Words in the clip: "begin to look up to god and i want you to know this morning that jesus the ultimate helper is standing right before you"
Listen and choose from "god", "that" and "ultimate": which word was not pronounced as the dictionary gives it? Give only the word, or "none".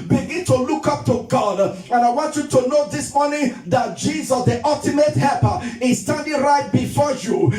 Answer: none